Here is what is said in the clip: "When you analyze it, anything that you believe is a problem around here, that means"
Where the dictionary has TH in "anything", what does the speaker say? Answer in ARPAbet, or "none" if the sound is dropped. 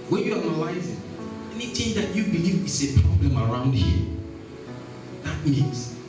T